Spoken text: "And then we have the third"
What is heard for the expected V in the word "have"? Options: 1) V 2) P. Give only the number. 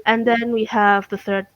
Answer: 1